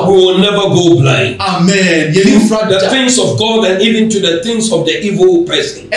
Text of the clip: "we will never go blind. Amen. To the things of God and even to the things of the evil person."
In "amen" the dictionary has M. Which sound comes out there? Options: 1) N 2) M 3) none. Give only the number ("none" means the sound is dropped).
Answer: 2